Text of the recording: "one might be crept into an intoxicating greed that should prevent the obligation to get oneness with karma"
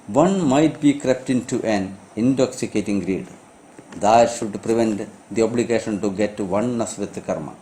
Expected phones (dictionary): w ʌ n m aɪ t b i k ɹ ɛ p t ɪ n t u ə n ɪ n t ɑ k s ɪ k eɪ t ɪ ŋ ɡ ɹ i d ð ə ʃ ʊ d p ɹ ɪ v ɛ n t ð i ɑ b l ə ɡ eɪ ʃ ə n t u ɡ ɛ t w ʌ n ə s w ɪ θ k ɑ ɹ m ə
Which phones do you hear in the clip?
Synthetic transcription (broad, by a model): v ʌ n m aɪ t b i k ɹ ɛ p t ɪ n t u ə n ɪ n t ɑ k s ɪ k eɪ t ɪ ŋ ɡ ɹ i d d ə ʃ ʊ d p ɹ ɪ v ɛ n t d i ɑ b l ə ɡ eɪ ʃ ə n t u ɡ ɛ t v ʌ n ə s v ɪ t k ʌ ɹ m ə